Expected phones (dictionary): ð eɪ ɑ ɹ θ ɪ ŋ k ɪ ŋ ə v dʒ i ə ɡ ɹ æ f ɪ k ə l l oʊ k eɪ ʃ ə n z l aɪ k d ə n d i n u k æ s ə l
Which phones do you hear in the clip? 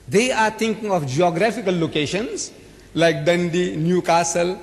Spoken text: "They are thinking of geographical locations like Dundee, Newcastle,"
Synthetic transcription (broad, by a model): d eɪ ɑ ɹ t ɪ ŋ k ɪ ŋ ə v dʒ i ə ɡ ɹ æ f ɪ k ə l l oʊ k eɪ ʃ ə n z l aɪ k d ə n d i n u k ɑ s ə l